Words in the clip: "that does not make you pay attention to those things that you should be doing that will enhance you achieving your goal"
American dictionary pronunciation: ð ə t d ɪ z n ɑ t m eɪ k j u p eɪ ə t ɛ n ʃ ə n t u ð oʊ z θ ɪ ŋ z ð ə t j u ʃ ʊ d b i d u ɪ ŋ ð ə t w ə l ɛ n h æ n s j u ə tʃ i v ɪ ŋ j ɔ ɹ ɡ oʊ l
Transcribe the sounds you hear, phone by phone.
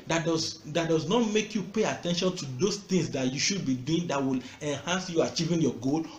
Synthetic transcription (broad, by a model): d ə t d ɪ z n ɑ t m eɪ k j u p eɪ ə t ɛ n ʃ ə n t u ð oʊ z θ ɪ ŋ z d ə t j u ʃ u d b i d u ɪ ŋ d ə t w ə l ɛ n h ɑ n s j u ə tʃ i v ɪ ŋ j ɔ ɡ oʊ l